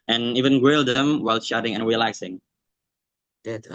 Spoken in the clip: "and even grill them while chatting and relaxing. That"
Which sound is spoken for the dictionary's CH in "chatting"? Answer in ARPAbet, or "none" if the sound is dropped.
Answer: SH